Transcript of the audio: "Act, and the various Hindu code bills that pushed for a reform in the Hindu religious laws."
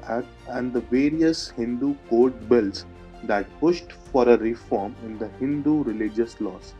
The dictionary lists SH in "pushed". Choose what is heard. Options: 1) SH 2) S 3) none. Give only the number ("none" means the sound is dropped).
1